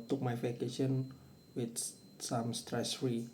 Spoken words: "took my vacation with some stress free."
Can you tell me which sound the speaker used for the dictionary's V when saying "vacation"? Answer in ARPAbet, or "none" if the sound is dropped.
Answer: F